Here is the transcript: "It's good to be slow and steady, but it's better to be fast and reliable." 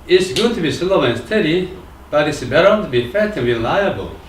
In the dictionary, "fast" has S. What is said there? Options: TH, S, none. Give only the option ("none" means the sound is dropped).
none